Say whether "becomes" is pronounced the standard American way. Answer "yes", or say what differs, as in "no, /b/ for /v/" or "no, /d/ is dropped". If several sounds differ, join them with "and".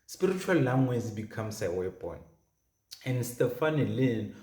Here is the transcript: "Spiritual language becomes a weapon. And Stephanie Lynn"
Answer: no, /s/ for /z/